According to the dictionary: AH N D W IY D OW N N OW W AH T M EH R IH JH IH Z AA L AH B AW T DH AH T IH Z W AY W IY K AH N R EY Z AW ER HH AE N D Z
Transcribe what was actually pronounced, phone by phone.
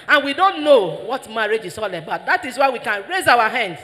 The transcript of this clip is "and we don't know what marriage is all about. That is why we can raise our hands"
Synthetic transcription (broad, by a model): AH N W IY D OW N N OW W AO T M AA R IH JH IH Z AA L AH B AW T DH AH T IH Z W AY W IY K AH N R EY Z AW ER HH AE N D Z